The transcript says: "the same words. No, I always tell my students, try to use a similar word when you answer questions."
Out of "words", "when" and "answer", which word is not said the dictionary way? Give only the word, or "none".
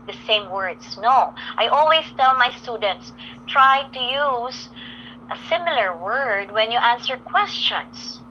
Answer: words